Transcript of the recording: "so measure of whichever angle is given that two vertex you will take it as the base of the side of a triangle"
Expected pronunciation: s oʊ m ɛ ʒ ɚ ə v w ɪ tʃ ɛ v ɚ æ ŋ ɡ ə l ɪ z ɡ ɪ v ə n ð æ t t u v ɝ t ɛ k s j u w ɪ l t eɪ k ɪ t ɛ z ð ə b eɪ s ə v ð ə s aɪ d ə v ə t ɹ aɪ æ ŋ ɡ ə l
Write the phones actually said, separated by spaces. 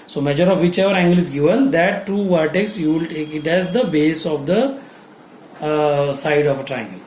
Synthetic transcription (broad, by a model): s oʊ m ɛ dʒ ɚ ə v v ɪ tʃ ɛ v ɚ æ ŋ ɡ ə l ɪ z ɡ ɪ v ə n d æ t t u v ɝ t ɛ k s j u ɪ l t eɪ k ɪ t ɛ z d ə b eɪ s ə v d ə s aɪ d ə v ə t ɹ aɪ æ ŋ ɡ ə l